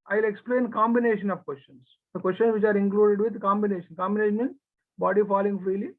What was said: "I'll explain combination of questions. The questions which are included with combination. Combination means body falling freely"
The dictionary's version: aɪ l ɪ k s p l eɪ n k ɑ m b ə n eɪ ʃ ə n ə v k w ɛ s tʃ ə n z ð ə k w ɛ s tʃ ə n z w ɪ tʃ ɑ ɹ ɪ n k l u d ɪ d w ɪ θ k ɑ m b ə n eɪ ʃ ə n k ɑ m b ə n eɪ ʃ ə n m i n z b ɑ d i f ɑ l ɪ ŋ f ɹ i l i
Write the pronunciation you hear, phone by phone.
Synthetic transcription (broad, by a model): aɪ l ɪ k s p l eɪ n k ɑ m b ə n eɪ ʃ ə n ə v k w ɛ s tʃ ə n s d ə k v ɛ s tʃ ə n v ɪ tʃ ɑ ɹ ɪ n k l u d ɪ d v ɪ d k ɑ m b ə n eɪ ʃ ə n k ɑ m b ə n eɪ ʃ ə n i z b ɑ d i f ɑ l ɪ ŋ f ɹ i l i